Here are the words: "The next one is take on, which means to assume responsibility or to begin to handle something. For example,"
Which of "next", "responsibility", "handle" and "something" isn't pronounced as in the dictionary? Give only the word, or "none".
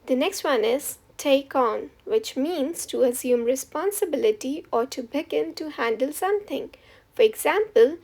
something